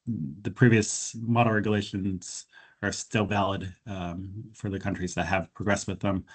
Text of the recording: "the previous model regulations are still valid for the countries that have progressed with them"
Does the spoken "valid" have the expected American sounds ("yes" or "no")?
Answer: yes